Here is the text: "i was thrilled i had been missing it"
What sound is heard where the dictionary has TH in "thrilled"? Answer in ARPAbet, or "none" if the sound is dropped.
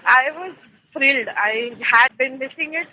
F